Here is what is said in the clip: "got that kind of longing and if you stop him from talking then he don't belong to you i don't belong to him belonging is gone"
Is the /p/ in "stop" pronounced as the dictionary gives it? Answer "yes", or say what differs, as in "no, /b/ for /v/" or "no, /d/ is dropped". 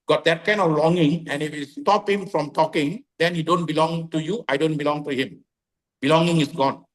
yes